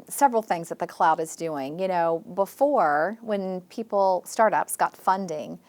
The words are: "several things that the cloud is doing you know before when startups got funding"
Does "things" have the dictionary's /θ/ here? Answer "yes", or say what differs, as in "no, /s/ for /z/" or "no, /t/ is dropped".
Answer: yes